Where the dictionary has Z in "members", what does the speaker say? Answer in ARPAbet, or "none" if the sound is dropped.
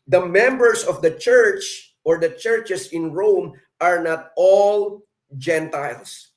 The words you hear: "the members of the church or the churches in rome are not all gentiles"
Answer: S